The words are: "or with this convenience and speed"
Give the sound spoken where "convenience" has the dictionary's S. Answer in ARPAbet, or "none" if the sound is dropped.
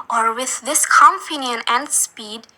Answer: none